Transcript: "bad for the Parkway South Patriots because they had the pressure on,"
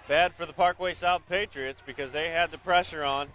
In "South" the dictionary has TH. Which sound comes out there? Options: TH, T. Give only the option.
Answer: TH